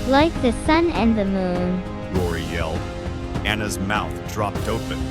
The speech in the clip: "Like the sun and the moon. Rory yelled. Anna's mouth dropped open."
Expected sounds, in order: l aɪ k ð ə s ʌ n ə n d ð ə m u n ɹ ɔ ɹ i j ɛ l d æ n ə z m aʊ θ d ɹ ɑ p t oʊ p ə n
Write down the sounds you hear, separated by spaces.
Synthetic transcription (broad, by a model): l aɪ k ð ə s ʌ n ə n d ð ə m u n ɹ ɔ ɹ i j ɛ l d æ n ə z m aʊ θ d ɹ ɑ p t oʊ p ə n